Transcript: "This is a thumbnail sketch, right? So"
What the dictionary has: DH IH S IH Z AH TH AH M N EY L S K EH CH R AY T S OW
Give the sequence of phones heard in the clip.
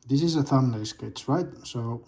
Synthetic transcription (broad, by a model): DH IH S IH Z AH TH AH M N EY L S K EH S R AY T S OW